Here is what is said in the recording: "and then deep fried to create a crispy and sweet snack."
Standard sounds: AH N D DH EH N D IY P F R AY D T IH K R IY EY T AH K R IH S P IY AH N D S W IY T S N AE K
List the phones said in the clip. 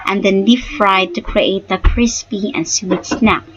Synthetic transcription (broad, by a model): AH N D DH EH N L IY F F R AY D T IH K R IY EY T AH K R IH S P IY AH N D S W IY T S N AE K